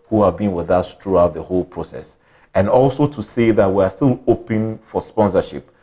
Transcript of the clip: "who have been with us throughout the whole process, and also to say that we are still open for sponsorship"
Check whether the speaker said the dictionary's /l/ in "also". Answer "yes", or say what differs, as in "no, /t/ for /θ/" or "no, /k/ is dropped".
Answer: yes